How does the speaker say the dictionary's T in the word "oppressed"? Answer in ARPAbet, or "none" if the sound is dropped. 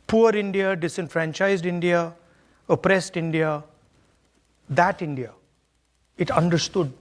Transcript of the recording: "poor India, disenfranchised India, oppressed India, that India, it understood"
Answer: T